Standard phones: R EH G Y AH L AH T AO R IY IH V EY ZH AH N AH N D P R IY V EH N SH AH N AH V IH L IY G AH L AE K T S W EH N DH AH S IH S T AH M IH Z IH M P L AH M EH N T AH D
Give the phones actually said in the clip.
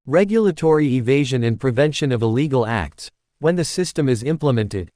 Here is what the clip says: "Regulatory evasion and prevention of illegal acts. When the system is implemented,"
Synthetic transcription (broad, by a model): R EH G Y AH L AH T AO R IY IH V EY ZH AH N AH N P R IY V EH N SH AH N AH V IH L IY G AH L AE K T S W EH N DH AH S IH S T AH M IH Z IH M P L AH M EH N T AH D